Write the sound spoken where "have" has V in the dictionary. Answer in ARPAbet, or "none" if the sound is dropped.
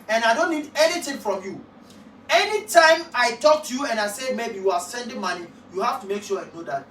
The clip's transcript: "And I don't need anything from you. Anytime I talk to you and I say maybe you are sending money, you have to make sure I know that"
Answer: F